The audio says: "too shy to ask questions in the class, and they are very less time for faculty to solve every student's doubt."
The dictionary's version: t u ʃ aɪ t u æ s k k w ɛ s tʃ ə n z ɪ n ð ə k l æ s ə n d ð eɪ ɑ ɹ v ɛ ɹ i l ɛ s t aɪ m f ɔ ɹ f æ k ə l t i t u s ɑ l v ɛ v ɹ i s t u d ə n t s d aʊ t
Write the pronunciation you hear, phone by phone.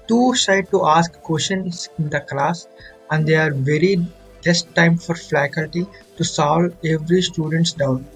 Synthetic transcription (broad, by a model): t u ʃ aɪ t u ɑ s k k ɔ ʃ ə n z ɪ n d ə k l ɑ s ə n d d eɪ ɑ ɹ v ɛ ɹ i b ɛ s t aɪ m f ɔ ɹ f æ k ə l t i t u s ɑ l ɛ v ɹ i s t u d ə n t s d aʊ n